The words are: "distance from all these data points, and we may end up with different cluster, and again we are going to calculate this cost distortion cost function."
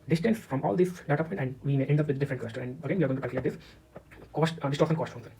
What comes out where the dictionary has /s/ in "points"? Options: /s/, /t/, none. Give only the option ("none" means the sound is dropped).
none